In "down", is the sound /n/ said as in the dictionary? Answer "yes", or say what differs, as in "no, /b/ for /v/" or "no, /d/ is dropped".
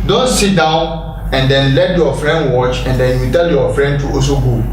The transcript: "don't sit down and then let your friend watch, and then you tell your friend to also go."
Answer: yes